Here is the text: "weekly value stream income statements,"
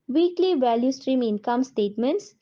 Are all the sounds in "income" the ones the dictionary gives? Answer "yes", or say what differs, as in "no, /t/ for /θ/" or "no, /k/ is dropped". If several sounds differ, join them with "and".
yes